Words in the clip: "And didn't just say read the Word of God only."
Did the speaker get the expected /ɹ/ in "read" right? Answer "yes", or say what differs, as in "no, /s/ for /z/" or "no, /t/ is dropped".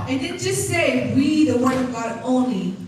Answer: no, /w/ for /ɹ/